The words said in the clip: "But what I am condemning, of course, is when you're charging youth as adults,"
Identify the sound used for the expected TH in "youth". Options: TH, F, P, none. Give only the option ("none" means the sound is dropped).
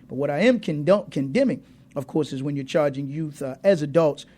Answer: TH